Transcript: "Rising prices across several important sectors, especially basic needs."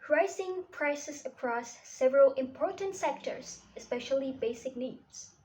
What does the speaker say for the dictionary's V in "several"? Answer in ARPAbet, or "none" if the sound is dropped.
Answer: V